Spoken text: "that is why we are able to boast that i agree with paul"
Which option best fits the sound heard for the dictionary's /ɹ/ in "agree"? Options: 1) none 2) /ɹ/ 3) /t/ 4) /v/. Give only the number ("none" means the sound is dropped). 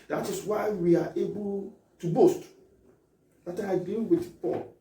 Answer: 1